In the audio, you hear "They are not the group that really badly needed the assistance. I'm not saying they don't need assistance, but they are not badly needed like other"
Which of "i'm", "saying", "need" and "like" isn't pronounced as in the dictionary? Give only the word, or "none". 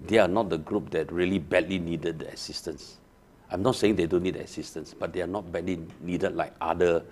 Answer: none